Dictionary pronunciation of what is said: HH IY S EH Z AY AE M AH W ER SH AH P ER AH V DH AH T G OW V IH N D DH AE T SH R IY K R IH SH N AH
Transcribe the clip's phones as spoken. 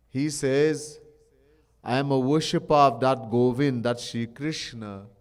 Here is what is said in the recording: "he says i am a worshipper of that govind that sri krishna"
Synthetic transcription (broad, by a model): HH IY S EH Z AY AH M AH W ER SH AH P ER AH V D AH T G OW V IH N D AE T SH IY K R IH SH N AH